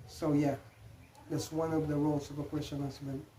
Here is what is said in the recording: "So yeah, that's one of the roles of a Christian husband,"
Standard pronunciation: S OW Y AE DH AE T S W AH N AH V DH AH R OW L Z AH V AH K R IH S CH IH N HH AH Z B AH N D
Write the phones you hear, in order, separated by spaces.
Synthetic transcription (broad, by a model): S OW Y AE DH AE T S W AH N AH V DH AH R OW L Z AH V AH K W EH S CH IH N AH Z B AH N